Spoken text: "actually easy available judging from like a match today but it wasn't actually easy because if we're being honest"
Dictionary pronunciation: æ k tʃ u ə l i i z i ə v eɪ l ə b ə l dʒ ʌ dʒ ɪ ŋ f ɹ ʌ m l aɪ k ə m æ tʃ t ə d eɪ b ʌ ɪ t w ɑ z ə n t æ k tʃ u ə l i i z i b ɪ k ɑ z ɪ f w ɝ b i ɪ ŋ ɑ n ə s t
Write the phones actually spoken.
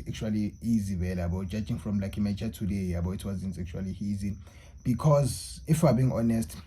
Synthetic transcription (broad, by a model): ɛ k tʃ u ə l i i z i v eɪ l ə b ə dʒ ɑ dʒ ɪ ŋ f ɹ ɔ m l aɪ k ə m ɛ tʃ t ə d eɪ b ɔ ɪ t w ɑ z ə n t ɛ k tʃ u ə l i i z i b ɪ k ɑ z ɪ f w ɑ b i ŋ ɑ n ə s t